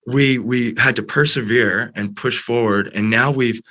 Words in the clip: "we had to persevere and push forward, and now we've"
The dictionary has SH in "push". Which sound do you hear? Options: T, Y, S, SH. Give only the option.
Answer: SH